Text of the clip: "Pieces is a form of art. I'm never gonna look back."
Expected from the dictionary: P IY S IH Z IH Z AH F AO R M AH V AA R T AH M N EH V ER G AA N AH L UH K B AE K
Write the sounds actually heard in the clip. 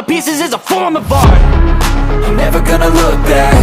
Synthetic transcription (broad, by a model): P IY S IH Z IH Z AH F AO R M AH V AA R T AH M N EH V ER G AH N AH L UH K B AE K